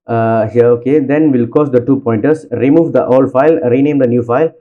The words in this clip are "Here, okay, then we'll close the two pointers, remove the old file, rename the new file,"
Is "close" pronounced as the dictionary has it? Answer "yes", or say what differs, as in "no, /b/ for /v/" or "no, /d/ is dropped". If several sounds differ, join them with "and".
no, /l/ is dropped